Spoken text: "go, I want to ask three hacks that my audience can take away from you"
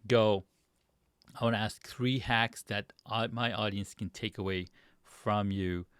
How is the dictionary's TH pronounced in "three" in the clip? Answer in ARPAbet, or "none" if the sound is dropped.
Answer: TH